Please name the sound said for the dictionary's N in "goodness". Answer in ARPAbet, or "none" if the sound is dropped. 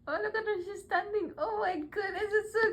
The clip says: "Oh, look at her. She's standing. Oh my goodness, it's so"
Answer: none